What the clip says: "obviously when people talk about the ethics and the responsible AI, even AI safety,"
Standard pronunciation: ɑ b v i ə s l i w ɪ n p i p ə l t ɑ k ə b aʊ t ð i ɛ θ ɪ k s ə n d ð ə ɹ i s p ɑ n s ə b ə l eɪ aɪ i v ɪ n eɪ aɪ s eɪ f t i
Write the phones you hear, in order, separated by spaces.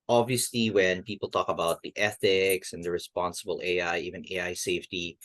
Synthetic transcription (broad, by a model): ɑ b v i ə s l i w ɪ n p i p l t ɑ k ə b aʊ t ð i ɛ θ ɪ k s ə n ð ə ɹ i s p ɑ n s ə b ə l eɪ aɪ i v ɪ n eɪ aɪ s eɪ f t i